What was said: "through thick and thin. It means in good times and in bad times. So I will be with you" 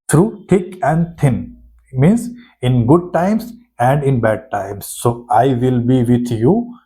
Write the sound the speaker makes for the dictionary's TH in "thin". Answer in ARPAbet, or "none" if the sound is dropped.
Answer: T